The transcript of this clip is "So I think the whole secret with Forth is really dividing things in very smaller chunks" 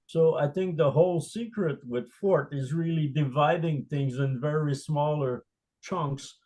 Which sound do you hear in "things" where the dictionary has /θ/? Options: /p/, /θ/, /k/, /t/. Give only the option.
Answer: /θ/